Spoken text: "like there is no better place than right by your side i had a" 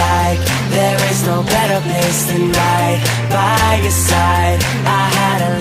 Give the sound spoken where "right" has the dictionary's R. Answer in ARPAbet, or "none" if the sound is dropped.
L